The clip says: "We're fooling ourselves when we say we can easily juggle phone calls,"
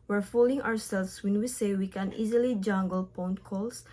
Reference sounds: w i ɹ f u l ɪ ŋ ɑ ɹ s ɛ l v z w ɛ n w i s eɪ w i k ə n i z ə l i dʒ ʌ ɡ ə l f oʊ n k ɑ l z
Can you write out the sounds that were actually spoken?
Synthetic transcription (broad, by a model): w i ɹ f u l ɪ ŋ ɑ ɹ s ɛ l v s w ɛ n w i s eɪ w i k ə n i z ə l i dʒ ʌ ɡ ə l p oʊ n k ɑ l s